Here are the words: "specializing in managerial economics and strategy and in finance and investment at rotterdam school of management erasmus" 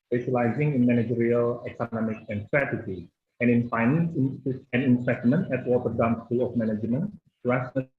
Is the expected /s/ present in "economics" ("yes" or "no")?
no